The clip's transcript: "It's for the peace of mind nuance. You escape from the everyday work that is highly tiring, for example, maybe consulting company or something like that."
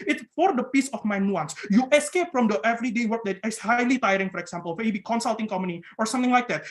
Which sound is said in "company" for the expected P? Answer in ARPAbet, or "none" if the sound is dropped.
none